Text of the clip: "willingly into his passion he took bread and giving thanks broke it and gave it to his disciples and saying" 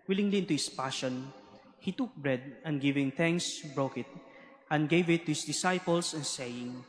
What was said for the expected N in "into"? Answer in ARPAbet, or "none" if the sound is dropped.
N